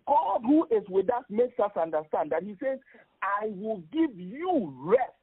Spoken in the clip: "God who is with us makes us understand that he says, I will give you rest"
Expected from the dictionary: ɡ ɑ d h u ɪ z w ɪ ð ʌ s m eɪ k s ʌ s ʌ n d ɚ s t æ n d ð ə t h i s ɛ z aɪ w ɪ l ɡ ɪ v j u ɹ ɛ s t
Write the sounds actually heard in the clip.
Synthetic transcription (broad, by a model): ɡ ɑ d h u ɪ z w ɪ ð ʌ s m eɪ k s ʌ s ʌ n d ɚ s t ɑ n d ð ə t h i s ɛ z aɪ w ɪ l ɡ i v j u ɹ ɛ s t